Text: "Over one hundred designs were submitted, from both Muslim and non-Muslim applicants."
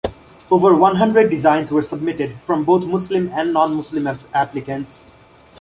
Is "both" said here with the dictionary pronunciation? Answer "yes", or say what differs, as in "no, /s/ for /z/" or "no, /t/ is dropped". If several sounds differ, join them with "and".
no, /t/ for /θ/